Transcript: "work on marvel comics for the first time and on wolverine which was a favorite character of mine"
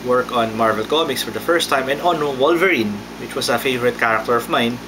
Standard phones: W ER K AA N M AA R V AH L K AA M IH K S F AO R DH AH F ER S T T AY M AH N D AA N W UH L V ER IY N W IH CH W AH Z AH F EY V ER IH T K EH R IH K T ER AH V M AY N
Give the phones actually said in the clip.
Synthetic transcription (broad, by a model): W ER K AA N M AA R V AH L K AA M IH K S F AO R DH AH F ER S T T AY M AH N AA N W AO L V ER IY N W IH CH W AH S AH F EY V ER IH T K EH R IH K T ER AH V M AY N